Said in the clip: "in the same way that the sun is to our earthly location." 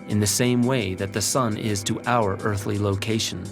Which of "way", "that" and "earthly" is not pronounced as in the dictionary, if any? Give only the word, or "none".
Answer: none